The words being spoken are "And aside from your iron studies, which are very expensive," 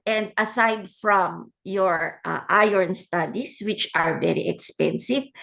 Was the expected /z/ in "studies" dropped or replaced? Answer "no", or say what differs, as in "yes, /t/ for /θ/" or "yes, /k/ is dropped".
yes, /s/ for /z/